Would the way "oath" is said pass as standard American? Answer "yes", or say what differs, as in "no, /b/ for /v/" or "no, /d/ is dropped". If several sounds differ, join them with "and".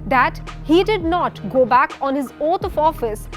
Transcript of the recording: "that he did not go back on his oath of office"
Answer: no, /t/ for /θ/